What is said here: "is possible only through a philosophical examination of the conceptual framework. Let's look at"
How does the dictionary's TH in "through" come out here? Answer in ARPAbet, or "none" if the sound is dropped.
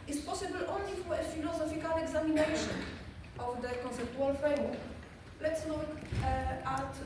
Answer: F